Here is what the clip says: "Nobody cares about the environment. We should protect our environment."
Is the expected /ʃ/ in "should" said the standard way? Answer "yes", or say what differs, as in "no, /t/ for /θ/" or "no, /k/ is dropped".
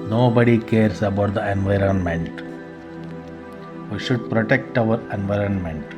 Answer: yes